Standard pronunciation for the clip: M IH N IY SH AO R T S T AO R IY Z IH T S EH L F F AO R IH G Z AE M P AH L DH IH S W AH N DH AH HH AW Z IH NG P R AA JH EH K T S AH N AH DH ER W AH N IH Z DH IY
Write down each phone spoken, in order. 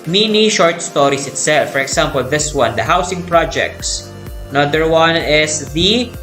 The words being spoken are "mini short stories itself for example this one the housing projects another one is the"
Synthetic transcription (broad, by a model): M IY N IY SH AO R T S T AO R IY S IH T S EH L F F AO R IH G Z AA M P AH L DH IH S W AH N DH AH HH AW S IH NG P R AA JH EH K T S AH N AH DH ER W AH N IH S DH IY